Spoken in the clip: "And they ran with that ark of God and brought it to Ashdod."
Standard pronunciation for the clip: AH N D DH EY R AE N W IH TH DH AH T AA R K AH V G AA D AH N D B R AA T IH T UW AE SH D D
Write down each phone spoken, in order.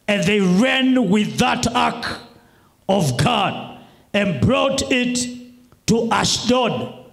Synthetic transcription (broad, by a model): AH N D DH EY R AE N W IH DH AH T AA K AH V G AA D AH N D B R AA T IH T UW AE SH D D